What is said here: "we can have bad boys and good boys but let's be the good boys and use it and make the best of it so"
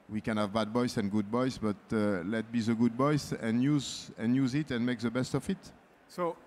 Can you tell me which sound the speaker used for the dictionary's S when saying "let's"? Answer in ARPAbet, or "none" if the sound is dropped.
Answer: none